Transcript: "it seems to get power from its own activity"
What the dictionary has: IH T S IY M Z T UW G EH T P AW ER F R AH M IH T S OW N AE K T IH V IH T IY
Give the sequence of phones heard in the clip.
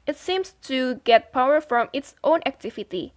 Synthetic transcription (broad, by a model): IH T S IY M S T UW G EH T P AW ER F R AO M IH T S OW N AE K T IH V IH T IY